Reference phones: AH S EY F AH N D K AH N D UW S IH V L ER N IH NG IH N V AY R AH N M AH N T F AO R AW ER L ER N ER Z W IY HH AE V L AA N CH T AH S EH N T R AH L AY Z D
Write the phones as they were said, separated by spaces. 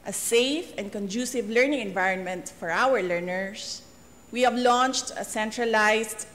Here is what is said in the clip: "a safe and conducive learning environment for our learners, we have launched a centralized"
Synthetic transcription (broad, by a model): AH S EY F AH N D K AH N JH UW S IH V L ER N IH NG IH N V AY R AH N M AH N T F AO R AW ER L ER N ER S W IY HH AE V L AA N CH T AH S EH N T R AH L AY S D